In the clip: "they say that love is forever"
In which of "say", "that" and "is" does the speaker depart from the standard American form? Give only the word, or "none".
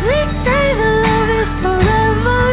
is